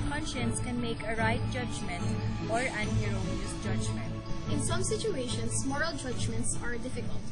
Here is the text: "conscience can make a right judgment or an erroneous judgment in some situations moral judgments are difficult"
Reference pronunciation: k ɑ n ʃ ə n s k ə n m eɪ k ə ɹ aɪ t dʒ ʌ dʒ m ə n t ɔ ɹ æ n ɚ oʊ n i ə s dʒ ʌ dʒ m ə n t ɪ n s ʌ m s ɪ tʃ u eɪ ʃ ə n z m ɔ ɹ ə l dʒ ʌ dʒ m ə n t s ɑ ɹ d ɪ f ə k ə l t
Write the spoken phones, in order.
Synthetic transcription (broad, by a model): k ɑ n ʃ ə n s k ə n m eɪ k ə ɹ aɪ t dʒ ʌ dʒ m ə n t ɔ ɹ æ n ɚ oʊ l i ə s dʒ ʌ dʒ m ə n t ɪ n s ʌ m s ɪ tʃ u eɪ ʃ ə n s m ɔ ɹ ə l dʒ ʌ dʒ m ə n t s ɑ ɹ d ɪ f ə k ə l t